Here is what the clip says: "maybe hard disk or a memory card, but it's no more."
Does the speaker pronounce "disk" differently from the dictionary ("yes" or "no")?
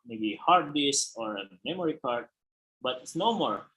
yes